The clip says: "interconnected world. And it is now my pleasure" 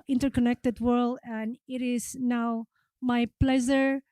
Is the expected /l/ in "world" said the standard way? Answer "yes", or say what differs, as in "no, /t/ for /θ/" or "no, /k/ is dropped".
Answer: yes